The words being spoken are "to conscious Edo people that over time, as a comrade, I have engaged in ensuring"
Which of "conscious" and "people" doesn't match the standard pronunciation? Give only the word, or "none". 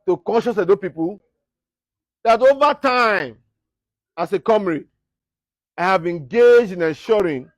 none